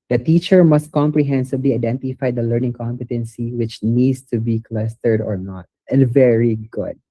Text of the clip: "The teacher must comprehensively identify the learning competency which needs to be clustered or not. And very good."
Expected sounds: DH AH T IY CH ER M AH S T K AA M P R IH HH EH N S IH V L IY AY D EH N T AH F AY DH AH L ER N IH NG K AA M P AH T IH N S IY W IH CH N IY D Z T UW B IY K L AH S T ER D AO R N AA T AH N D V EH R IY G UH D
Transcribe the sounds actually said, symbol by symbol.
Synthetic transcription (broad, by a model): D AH T IY CH ER M AH S T K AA M P R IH HH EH N S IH B L IY AY D EH N T AH F AY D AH L ER N IH NG K AA M P AH T IH N S IY W IH CH N IY D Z T UW B IY K L AH S T ER D AO R N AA T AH N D V EH R IY G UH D